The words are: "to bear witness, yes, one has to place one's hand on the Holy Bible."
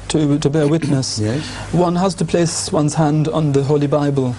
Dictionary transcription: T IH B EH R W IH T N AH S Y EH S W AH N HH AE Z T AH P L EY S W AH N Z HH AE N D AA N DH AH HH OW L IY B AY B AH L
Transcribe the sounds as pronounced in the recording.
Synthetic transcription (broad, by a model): T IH B EH R W IH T N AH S S W AH N HH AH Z T AH P L EY S W AH N Z HH AE N D N DH AH HH OW L IY B AY B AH L